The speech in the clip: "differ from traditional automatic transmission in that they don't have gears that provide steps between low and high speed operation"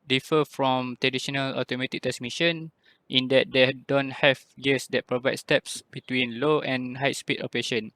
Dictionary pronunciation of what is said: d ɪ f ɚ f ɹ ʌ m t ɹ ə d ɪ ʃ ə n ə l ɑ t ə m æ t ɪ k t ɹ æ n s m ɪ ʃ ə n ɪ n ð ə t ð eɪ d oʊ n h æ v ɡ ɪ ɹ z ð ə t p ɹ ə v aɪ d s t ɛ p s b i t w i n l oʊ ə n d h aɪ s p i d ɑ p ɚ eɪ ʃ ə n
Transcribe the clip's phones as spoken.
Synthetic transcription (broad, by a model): d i f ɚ f ɹ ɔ m t ɹ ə d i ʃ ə n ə l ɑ t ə m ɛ t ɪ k t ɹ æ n s m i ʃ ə n ɪ n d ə t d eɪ d oʊ n h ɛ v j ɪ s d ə t p ɹ ə v aɪ d s t ɛ p s b i t w i n l oʊ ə n h aɪ s p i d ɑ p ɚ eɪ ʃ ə n